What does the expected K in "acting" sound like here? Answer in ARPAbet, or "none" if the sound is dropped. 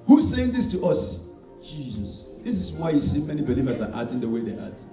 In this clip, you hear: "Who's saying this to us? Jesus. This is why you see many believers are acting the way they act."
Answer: none